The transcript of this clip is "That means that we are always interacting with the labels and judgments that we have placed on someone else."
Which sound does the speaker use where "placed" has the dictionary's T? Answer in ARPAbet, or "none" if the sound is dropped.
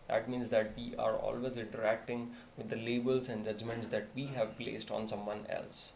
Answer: T